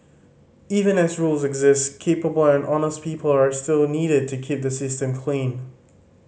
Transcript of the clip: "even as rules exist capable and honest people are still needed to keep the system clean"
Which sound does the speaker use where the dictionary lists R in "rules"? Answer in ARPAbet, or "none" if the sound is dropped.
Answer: R